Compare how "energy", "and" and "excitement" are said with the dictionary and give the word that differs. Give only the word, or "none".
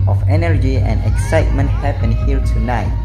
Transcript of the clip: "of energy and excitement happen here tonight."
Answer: none